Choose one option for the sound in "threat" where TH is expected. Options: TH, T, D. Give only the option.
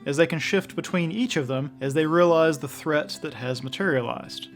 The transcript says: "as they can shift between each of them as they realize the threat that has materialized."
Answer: TH